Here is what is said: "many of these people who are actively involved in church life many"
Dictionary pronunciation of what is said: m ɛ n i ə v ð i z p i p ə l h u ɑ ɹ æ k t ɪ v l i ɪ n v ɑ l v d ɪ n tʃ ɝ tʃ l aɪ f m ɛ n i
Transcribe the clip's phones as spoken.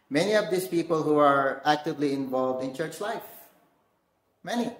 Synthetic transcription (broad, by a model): m ɛ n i ə v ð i s p i p ə l h u ɑ ɹ æ k t ɪ v l i ɪ n v ɑ l v d ɪ n tʃ ɝ tʃ l aɪ f m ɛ n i